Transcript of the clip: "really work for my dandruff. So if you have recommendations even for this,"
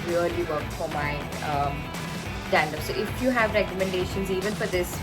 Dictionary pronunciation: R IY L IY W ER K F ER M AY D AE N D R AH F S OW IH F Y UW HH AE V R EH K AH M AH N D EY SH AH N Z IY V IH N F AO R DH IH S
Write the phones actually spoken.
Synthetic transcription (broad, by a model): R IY L IY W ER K F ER M AY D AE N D AH S OW IH F Y UW HH AE V R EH K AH M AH N D EY SH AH N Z IY V IH N F AO R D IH S